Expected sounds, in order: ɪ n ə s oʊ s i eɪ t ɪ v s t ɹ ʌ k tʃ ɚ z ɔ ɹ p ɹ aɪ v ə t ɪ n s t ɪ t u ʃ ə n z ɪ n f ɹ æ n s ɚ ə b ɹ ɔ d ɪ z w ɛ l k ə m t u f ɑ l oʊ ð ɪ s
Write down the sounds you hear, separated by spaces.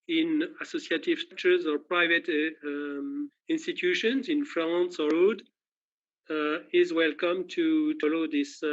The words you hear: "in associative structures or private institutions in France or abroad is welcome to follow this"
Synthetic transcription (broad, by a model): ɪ n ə s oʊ s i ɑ t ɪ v s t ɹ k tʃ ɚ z ɔ ɹ p ɹ aɪ v ə t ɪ n s t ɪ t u ʃ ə n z ɪ n f l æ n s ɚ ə ɹ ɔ d ɪ z w ɛ l k ə m t u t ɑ l oʊ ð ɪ s